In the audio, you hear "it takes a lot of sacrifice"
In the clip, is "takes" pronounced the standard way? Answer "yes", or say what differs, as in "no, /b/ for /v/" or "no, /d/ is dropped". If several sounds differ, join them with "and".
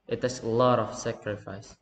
no, /k/ is dropped